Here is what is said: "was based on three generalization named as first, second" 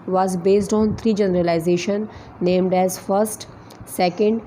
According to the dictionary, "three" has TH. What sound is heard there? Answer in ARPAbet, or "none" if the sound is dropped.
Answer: T